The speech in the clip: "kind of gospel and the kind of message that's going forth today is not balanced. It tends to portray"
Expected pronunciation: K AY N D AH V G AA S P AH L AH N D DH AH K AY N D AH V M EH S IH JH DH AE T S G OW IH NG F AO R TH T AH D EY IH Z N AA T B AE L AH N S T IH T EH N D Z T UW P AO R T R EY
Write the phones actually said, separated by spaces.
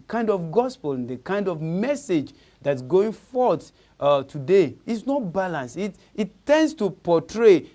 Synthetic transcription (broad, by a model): K AY N D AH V G AA S P AH L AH N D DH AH K AY N D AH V M EH S IH JH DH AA T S G OW IH NG F AO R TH T AH D EY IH S N AA T B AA L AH N S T IH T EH N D S T UW P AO T R EY